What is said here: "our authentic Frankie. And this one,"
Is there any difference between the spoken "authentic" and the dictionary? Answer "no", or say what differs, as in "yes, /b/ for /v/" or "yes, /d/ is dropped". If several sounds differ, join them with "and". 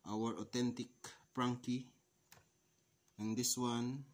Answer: yes, /t/ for /θ/